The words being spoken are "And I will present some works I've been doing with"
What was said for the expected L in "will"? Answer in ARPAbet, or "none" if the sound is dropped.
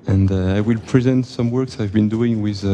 L